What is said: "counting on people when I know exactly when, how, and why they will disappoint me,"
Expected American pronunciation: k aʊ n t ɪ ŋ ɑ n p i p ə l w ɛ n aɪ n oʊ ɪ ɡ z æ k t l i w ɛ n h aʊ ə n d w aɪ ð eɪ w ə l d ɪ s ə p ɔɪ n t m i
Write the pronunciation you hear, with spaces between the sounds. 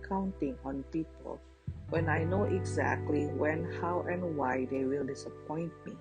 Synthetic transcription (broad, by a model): k aʊ n t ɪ ŋ ɑ n p i p ə l w ɛ n aɪ n oʊ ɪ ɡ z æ k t l i w ɛ n h aʊ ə n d w aɪ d eɪ w ə l d ɪ s ə p ɔɪ n t m i